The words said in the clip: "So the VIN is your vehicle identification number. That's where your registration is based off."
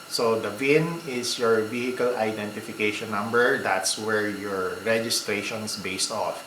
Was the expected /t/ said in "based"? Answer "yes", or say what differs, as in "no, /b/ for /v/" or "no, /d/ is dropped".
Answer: yes